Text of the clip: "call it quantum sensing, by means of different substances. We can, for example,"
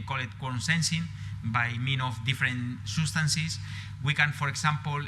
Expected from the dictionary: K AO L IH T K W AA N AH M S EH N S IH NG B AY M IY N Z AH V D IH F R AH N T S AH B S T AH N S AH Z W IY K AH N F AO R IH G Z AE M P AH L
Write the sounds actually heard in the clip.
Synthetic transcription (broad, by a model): K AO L IH T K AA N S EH N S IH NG B AY M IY N AH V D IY F R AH N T S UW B S T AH N S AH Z W IY K AH N F AO R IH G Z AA M P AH L